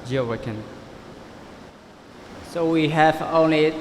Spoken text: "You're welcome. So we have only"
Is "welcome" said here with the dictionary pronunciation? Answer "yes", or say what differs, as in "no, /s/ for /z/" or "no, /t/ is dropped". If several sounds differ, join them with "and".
no, /l/ is dropped